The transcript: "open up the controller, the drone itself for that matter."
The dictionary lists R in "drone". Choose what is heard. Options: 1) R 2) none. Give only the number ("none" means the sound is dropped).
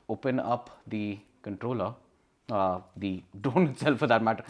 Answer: 2